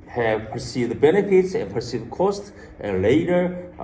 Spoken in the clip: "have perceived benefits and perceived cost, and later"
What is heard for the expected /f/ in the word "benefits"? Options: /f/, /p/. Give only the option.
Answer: /f/